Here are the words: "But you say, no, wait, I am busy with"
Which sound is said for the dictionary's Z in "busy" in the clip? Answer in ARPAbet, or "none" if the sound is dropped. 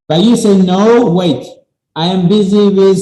Z